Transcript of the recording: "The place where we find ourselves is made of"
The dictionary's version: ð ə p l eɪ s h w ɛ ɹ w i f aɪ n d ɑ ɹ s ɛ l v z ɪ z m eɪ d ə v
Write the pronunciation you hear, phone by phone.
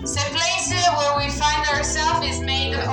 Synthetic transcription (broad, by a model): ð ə p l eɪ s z w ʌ ɹ w i f aɪ n d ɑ ɹ s ɛ l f ɪ z m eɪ ə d